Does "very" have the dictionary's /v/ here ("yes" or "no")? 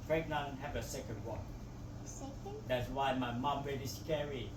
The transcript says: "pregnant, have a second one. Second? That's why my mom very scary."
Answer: no